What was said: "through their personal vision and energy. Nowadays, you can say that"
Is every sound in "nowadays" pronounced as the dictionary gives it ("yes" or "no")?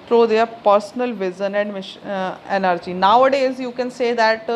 yes